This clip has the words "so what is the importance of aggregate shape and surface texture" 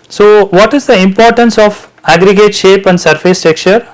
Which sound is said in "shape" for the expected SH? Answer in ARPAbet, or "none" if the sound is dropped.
SH